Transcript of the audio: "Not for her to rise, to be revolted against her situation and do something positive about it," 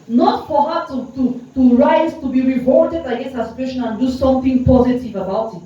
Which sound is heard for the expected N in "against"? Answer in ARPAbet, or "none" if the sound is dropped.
none